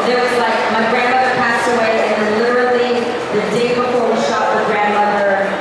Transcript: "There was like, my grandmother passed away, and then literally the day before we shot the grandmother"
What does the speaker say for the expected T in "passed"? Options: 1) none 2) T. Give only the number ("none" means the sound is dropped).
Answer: 2